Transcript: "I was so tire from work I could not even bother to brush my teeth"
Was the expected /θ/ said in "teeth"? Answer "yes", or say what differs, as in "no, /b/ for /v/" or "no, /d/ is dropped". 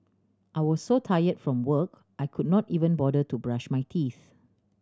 yes